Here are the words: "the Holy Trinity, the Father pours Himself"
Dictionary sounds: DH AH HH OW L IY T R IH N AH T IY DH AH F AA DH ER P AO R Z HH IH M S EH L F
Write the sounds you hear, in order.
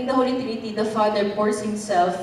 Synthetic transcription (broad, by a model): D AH HH OW L IY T R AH T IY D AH F AA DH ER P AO R S HH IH M S EH L F